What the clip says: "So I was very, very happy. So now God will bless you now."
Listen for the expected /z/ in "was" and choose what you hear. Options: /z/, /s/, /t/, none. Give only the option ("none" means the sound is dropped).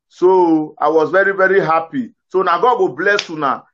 /z/